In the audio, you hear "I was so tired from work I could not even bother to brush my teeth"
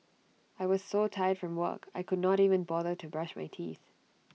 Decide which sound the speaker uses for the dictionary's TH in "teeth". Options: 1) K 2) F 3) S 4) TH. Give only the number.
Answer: 4